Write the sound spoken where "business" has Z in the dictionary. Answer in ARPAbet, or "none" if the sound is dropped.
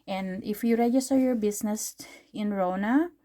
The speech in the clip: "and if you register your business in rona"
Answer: S